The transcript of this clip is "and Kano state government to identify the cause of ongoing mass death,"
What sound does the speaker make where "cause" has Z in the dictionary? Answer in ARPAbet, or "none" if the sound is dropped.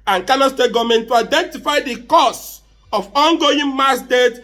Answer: S